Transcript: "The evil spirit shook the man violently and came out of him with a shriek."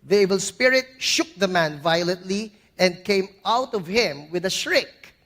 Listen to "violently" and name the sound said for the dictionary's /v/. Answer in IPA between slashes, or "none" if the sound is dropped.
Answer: /v/